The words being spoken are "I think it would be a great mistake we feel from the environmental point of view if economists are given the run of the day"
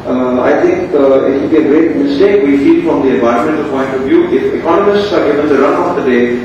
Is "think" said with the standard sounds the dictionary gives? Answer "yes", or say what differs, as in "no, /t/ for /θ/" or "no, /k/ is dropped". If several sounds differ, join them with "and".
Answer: no, /t/ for /θ/